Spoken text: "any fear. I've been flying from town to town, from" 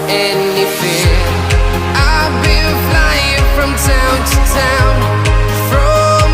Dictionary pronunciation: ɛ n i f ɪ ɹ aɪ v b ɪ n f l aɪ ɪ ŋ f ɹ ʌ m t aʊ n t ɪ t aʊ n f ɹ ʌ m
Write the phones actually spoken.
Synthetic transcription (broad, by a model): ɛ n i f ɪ aɪ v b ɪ l f l aɪ ɪ ŋ f ɹ ʌ m t aʊ n t ɪ t aʊ n f ɹ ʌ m